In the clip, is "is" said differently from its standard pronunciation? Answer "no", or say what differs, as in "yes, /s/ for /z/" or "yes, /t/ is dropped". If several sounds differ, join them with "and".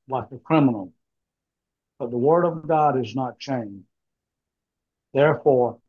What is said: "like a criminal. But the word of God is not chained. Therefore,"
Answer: no